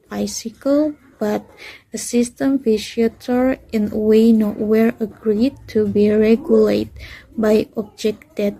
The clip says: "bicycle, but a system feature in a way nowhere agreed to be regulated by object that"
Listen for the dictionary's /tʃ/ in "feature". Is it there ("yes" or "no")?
no